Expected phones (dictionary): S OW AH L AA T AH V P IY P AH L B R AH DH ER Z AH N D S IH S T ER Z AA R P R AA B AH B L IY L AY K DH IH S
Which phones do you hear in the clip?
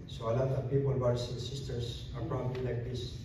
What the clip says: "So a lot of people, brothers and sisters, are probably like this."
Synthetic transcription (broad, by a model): S OW AH L AA T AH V P IY P AH L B AH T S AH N S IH S T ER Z AA R P R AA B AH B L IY L AY K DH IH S